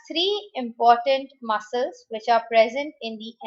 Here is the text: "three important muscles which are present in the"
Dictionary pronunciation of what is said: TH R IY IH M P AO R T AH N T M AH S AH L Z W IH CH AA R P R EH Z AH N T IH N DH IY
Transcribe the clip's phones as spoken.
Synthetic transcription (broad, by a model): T R IY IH M P AO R T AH N T M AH S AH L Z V IH CH AA R P R EH Z AH N T IH N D IY